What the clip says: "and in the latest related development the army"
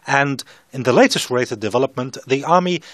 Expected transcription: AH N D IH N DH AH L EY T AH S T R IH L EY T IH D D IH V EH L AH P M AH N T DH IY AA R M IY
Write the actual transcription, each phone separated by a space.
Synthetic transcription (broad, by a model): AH N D IH N DH AH L EY T AH S T R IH IH T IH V D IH V EH L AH P M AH N DH IY AA R M IY